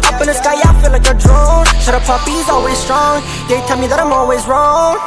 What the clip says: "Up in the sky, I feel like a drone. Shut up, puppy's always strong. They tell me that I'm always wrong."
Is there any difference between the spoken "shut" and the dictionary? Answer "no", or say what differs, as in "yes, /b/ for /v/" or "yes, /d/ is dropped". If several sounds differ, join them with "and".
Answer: yes, /s/ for /ʃ/